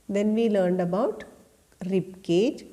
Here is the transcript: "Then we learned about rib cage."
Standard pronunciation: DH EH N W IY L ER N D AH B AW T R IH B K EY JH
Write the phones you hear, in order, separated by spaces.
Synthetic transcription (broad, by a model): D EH N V IY L ER N D AH B AW T R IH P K EY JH